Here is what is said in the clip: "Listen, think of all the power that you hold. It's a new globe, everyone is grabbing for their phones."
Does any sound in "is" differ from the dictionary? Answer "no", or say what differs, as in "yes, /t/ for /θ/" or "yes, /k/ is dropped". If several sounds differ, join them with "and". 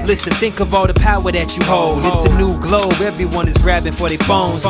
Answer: no